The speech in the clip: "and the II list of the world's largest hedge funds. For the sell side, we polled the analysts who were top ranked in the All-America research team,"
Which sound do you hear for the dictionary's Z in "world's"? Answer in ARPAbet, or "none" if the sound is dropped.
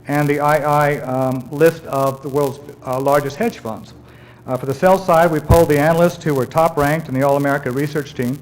Z